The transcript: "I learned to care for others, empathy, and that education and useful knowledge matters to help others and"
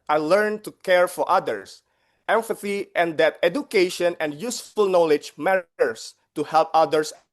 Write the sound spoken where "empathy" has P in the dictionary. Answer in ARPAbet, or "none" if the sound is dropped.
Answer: F